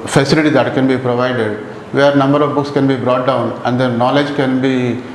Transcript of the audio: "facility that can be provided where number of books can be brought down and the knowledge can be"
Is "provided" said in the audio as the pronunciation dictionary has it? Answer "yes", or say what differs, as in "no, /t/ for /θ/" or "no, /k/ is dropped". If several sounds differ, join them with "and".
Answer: yes